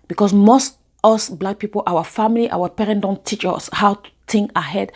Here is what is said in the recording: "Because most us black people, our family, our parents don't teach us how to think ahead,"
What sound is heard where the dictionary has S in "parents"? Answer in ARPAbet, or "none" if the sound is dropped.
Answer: none